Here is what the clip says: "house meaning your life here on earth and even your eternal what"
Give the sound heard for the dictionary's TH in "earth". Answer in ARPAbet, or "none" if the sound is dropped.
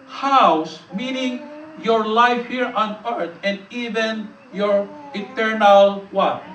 T